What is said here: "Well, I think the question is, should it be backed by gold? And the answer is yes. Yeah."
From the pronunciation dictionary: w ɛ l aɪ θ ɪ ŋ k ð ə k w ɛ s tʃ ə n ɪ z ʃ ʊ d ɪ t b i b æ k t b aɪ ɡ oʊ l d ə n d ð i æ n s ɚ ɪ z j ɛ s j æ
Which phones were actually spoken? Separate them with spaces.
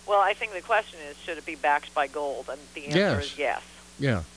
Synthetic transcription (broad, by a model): w ɛ l aɪ θ ɪ ŋ k ð ə k w ɛ s tʃ ə n ɪ z ʃ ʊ d ɪ t b i b æ k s b aɪ ɡ oʊ l d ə n ð i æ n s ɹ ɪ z j ɛ s j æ